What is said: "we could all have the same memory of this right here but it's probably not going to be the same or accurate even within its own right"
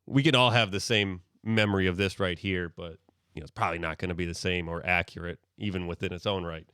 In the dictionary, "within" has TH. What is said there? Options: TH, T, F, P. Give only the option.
TH